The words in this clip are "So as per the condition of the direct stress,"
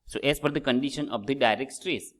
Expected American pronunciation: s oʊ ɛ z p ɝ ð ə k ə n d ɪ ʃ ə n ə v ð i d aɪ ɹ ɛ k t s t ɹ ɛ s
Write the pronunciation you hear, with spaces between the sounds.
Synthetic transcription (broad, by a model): s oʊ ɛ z f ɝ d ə k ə n d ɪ ʃ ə n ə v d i d aɪ ɹ ɛ k t s t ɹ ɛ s